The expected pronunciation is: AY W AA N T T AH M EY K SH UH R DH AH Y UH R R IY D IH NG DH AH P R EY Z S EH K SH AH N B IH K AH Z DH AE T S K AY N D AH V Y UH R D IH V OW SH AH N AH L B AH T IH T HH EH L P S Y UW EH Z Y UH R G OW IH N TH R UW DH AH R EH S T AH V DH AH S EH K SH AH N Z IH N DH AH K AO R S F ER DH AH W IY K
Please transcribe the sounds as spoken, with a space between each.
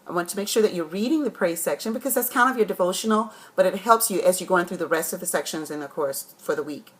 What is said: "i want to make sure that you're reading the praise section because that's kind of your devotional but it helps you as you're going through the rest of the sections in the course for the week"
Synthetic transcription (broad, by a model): AY W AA N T T AH M EY K SH UH R DH AH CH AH R R IY D IH NG DH AH P R EY Z S EH K SH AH N B IH K AH Z DH AE T S K AY N D AH V Y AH R D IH V OW SH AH N L B AH T IH T HH EH L P S Y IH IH Z Y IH G OW IH N TH R UW DH AH R EH S T AH V DH AH S EH K SH AH N Z IH N DH AH K AO R S F ER DH AH W IY K